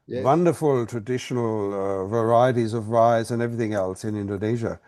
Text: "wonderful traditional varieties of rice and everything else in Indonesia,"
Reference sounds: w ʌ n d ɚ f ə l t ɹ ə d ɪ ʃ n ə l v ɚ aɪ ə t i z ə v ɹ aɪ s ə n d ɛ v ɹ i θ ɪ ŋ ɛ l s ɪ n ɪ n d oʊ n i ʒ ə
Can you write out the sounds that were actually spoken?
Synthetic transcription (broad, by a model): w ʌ n d ɚ f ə l t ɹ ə d ɪ ʃ n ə l v ɚ aɪ ə t i z ə v ɹ aɪ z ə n ɛ v ɹ i θ ɪ ŋ ɛ l s ɪ n ɪ n d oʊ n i ʒ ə